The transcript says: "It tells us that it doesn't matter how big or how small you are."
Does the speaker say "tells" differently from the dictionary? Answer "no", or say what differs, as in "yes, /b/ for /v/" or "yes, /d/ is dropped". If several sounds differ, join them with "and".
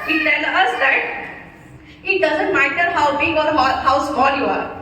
yes, /z/ is dropped